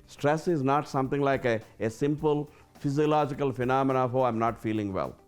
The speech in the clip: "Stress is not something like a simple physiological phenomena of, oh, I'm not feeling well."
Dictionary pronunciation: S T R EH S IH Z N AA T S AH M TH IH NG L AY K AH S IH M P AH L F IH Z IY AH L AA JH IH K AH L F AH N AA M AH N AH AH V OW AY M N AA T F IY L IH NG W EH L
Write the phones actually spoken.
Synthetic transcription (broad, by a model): S T R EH S IH Z N AA T S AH M T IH NG L AY K AH S IH M P AH L F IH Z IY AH L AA JH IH K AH L F AH N AA M AH N AH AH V OW AY M N AA T F IY L IH NG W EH L